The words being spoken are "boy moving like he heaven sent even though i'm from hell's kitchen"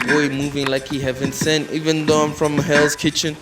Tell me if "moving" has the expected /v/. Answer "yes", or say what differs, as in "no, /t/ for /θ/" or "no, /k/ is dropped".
yes